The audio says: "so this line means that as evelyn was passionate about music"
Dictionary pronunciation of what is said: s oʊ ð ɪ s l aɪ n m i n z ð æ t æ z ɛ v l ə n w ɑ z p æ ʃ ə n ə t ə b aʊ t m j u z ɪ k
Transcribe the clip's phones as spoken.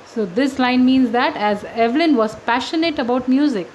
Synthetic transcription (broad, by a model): s oʊ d ɪ s l aɪ n m i n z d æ t æ z ɛ v l ə n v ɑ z p æ ʃ ə n ə t ə b aʊ t m j u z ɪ k